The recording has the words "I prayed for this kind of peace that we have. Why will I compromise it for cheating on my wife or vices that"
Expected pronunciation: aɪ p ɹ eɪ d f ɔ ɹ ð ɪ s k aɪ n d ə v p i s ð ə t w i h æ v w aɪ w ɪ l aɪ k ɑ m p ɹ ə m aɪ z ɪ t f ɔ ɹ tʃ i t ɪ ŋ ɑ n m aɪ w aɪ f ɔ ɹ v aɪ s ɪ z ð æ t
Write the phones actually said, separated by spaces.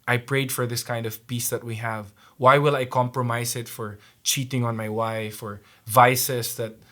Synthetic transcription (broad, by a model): aɪ p ɹ eɪ d f ɔ ɹ ð ɪ s k aɪ n d ə v p i s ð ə t w i h æ v w aɪ w ɪ l aɪ k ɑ m p ɹ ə m aɪ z ɪ t f ɔ ɹ tʃ i t ɪ ŋ ɑ n m aɪ w aɪ f ɔ ɹ v aɪ s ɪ s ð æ t